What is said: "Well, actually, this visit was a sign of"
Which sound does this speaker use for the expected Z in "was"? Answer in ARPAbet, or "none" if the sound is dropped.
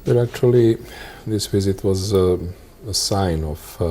Z